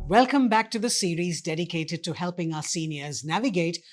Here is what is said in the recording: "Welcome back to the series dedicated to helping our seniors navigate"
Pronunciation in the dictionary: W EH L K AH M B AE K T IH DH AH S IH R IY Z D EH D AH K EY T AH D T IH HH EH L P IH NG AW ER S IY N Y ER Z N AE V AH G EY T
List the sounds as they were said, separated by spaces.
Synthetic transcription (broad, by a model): W EH L K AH M B AE K T IH DH AH S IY R IY Z D EH D AH K EY T AH D T IH HH EH L P IH NG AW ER S IY N Y ER Z N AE V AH G EY T